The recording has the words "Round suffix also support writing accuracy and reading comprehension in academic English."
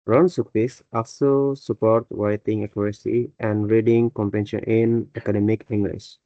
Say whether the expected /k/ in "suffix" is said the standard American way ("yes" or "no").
no